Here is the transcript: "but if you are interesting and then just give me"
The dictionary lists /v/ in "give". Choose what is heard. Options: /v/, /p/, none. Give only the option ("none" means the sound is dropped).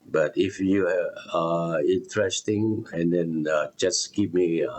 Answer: /p/